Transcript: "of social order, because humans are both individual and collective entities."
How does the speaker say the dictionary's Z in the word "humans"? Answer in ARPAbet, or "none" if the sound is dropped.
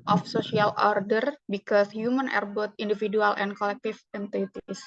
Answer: none